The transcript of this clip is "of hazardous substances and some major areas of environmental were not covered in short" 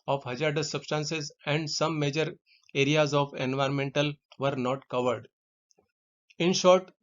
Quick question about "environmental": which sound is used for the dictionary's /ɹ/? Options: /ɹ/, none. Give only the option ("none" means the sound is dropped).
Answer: /ɹ/